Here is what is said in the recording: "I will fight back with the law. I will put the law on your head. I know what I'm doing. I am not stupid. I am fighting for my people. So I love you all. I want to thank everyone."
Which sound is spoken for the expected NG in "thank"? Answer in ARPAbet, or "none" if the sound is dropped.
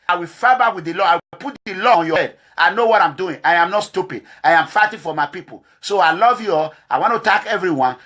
none